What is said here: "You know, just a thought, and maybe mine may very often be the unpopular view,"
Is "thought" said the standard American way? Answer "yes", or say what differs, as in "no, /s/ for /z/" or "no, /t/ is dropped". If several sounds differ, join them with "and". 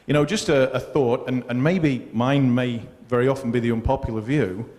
yes